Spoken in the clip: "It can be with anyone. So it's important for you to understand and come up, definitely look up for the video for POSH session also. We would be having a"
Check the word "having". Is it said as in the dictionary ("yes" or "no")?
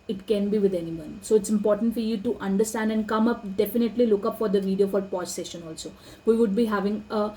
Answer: yes